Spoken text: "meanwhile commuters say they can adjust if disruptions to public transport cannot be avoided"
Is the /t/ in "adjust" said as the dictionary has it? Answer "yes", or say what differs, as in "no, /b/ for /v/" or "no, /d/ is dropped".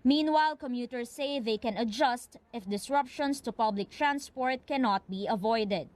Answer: yes